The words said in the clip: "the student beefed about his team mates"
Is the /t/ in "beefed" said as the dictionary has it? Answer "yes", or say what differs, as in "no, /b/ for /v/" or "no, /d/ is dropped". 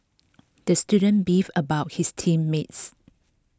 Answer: no, /t/ is dropped